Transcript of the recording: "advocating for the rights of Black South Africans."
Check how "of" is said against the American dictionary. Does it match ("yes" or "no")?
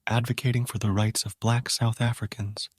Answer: yes